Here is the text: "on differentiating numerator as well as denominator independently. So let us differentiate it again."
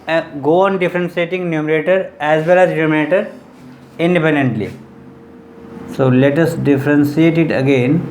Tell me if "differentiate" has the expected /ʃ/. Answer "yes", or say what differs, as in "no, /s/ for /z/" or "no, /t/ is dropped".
no, /s/ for /ʃ/